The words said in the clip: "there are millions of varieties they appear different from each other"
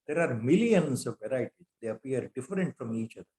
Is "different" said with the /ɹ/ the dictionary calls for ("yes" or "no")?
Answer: yes